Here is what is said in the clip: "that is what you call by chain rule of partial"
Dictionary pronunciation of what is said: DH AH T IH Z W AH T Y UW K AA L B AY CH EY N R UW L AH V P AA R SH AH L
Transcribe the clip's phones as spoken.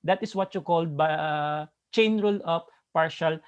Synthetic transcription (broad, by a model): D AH T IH S W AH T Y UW K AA L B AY CH EY N R UW L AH P P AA R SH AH L